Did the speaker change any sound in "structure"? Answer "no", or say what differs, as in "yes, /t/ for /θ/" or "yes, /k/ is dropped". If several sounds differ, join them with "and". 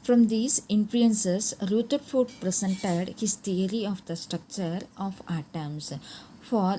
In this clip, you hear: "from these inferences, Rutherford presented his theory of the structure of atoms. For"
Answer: no